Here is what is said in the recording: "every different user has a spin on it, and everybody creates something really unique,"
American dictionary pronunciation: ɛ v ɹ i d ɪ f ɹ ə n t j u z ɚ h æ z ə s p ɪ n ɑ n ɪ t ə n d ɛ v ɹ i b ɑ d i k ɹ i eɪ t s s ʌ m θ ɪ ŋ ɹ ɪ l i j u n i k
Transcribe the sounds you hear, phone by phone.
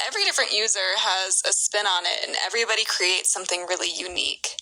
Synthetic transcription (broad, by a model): ɛ v ɹ i d ɪ f ɹ ə n t j u z ɚ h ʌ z ə s p ɪ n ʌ n ɪ t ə n ɛ v ɹ i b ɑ d i k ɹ i eɪ t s s ʌ m θ ɪ ŋ ɹ ɪ l i j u n i k